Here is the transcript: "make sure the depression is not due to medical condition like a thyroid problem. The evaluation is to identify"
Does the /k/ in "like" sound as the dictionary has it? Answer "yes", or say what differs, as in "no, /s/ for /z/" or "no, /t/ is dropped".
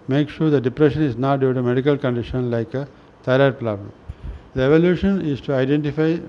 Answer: yes